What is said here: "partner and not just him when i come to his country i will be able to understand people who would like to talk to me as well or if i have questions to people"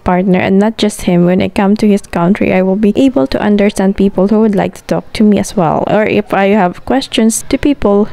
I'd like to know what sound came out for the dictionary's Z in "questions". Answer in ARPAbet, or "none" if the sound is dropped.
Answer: S